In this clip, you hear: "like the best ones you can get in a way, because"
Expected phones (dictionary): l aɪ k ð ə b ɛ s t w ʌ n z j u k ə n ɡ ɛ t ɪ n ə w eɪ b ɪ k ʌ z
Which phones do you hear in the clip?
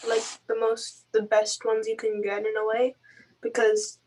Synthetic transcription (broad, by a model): l aɪ k ð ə b ɛ s t w ʌ n z j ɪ k ə n ɡ ɛ t ɪ n ə w eɪ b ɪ k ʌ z